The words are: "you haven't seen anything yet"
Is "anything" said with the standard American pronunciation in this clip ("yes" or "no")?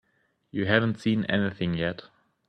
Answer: yes